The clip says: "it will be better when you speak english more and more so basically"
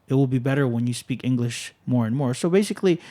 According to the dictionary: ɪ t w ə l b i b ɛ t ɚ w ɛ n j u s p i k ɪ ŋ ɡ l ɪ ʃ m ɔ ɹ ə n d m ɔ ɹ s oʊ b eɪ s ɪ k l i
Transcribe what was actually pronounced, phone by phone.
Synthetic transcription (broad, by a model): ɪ t w ə l b i b ɛ t ɚ w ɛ n j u s p i k ɪ ŋ ɡ l ɪ ʃ m ɔ ɹ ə n m ɔ ɹ s oʊ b eɪ s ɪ k l i